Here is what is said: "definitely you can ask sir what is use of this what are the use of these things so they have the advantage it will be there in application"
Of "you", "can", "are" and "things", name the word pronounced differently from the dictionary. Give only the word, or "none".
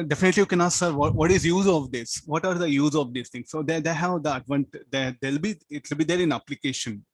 things